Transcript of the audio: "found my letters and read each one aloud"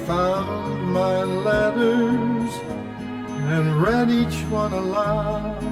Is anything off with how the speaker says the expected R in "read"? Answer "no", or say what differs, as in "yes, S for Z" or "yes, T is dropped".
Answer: no